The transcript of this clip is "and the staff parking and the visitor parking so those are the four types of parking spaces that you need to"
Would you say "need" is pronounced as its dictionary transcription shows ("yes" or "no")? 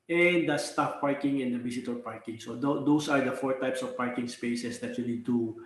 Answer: no